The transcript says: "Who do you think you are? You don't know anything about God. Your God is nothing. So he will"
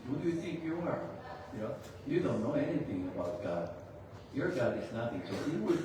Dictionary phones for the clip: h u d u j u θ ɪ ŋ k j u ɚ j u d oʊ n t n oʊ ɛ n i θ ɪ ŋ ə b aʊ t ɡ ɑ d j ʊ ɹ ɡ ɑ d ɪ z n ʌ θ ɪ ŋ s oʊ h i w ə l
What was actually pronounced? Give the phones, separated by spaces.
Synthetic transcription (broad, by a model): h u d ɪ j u θ ɪ ŋ k j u ɚ j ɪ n oʊ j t n oʊ ɛ n i θ ɪ ŋ ə b aʊ t ɡ ɑ d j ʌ ɹ ɡ ɑ d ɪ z n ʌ t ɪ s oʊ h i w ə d